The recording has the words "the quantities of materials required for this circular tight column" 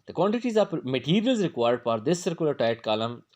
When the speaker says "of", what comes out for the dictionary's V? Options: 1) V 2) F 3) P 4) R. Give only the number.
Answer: 3